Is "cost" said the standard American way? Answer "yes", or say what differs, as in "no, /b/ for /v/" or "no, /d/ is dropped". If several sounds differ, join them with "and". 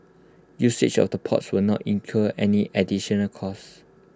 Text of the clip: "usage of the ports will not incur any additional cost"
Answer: no, /t/ is dropped